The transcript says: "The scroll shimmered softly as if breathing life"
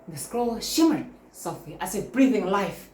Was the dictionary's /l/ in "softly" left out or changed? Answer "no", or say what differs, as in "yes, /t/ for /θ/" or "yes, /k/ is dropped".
yes, /l/ is dropped